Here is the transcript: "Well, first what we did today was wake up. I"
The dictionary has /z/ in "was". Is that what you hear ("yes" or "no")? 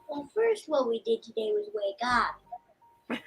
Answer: yes